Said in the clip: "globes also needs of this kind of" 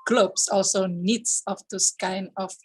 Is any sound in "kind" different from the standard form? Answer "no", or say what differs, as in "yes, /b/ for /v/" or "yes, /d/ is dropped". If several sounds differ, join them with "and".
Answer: yes, /d/ is dropped